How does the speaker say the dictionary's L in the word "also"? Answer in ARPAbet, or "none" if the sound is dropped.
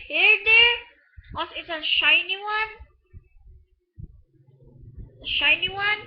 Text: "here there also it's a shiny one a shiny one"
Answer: none